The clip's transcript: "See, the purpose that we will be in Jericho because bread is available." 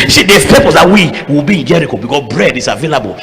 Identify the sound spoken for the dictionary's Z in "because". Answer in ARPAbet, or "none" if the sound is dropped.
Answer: S